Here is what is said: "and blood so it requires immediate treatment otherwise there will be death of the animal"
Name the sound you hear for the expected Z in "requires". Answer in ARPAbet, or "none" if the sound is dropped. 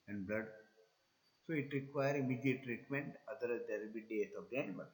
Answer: none